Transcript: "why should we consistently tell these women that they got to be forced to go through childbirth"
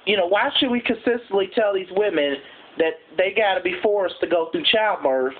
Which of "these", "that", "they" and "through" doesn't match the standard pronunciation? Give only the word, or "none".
through